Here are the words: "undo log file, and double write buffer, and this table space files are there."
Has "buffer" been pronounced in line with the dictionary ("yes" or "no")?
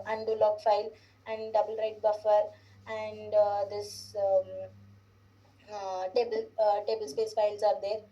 yes